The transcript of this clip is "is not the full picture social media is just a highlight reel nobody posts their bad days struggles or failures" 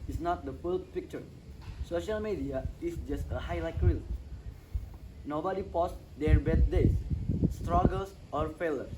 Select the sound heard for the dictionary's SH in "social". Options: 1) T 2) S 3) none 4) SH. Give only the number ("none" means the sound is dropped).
4